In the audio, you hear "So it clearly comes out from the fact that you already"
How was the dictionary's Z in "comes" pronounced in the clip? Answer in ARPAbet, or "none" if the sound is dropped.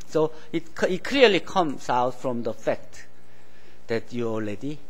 S